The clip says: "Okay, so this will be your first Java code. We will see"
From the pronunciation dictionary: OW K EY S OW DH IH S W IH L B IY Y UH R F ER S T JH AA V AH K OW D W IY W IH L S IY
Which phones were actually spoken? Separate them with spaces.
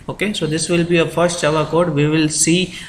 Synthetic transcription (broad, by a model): OW K EY S OW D IH S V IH L B IY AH F ER S T CH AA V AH K OW D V IY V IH L S IY